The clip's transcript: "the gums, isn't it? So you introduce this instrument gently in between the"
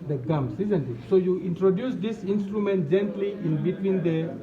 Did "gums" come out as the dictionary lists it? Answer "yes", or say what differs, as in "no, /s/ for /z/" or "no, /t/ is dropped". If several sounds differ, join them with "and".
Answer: no, /s/ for /z/